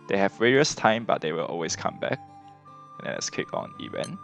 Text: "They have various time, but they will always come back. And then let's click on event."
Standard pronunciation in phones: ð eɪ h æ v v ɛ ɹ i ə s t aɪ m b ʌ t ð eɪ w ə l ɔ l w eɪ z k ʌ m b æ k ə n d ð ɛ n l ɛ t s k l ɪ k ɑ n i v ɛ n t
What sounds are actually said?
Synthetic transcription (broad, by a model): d eɪ h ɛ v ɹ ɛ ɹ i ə s t aɪ m b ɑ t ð eɪ w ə l ɔ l w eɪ s k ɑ m b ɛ k ə n d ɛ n l ɛ t s k ɪ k ɑ n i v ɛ n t